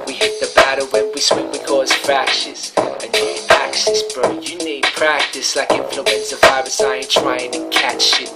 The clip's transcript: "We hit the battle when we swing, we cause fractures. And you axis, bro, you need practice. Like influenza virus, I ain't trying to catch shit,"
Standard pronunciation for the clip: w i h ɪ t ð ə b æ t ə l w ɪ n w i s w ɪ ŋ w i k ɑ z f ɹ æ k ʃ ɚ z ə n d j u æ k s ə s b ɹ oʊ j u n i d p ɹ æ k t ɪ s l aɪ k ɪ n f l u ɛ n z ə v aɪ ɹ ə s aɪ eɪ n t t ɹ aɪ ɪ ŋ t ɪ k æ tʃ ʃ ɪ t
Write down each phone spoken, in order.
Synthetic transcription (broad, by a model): w i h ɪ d ð ə b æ t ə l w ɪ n w i s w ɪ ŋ w i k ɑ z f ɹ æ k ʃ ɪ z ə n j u æ k s ə s b ɹ oʊ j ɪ n i d p ɹ æ k t ɪ s l aɪ k ɪ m f l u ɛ n s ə f aɪ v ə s aɪ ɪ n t t ɹ aɪ ɪ ŋ t ɪ k æ tʃ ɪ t